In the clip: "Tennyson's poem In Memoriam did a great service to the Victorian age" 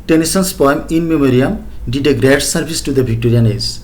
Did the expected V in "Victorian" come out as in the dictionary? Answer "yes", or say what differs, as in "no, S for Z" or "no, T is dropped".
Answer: no, B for V